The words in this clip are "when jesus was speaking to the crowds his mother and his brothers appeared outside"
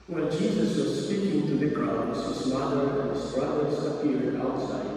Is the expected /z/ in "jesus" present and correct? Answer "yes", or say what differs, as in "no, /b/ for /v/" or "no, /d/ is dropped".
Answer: yes